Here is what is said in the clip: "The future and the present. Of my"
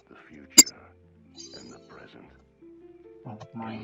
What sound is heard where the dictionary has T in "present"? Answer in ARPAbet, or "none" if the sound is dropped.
T